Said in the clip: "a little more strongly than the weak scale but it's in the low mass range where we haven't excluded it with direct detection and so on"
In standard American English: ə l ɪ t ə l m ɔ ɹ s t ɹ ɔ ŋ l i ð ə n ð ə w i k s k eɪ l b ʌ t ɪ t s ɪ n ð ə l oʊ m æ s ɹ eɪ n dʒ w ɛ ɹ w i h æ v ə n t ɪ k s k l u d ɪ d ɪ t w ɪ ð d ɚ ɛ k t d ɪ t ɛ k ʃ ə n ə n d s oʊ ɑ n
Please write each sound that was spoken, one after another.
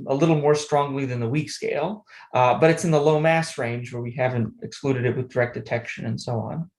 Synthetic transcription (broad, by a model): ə l ɪ t l m ɔ ɹ s t ɹ ɔ ŋ l i ð ə n ð ə w i k s k eɪ l b ʌ t ɪ t s ɪ n ð ə l oʊ m æ s ɹ eɪ n dʒ w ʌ ɹ w i h æ v ə n t ɪ k s k l u d ɪ d ɪ t w ɪ ð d ɚ ɛ k d ɪ t ɛ k ʃ ə n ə n s oʊ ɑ n